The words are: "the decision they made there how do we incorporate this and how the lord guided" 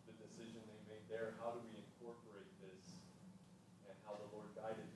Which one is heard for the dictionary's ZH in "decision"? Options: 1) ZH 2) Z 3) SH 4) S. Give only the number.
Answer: 1